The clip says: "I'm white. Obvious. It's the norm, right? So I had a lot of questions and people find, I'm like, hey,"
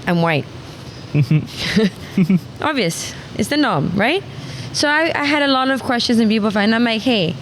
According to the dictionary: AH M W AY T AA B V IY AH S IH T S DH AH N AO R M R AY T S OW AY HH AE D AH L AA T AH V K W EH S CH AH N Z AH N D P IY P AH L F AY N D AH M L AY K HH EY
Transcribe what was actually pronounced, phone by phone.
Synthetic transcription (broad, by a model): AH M W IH T AA B V IY AH S IH T S DH AH N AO M R AY T S OW AY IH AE D AH L AA T AH V K W EH S CH AH N Z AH N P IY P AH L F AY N AH M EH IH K HH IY